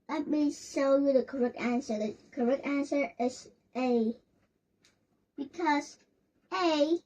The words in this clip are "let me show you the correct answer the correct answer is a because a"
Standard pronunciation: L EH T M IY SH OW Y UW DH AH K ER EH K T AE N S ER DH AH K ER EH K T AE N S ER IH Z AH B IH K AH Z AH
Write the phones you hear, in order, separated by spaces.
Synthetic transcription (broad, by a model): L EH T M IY S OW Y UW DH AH K ER EH K T AE N S ER DH AH K ER EH K T AE N S ER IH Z AH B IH K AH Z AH